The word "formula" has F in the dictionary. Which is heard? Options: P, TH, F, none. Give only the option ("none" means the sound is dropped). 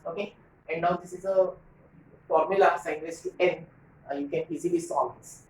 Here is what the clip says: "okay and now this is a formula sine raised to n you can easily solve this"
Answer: F